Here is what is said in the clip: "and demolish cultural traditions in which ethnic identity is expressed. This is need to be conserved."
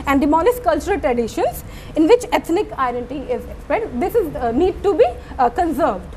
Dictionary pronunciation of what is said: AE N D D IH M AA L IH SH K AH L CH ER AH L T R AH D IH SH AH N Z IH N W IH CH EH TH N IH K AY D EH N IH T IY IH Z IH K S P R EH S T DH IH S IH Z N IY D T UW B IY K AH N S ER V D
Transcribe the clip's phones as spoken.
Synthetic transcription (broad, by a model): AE N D D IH M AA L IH S K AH L CH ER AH L T R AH D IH SH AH N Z IH N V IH CH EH T N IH K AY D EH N T IY IH Z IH K S P R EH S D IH S IH Z N IY D T UW B IY K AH N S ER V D